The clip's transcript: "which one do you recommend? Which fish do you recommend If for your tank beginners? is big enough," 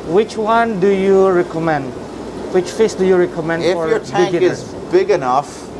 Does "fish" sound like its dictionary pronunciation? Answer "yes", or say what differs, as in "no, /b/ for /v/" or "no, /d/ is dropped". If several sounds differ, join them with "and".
no, /s/ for /ʃ/